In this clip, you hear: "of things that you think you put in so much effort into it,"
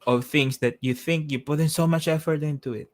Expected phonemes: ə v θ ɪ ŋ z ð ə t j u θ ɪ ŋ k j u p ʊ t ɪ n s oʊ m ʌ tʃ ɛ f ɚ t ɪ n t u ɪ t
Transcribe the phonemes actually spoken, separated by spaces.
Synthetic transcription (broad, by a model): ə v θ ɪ ŋ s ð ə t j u θ ɪ ŋ k j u p ʊ t ɪ n s oʊ m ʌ tʃ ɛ f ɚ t ɪ n t u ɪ t